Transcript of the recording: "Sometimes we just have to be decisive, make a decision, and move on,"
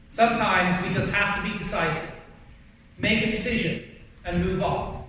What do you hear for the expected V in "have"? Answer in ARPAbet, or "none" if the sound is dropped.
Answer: F